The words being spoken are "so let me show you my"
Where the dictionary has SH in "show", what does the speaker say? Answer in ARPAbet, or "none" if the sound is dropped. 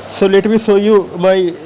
S